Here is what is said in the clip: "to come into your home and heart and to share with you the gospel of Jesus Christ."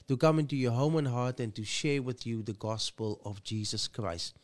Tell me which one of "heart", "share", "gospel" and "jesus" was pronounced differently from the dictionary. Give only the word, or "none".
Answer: none